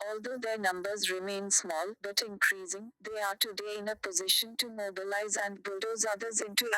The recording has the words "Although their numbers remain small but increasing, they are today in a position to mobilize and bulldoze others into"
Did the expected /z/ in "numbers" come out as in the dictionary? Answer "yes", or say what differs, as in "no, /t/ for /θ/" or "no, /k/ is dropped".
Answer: yes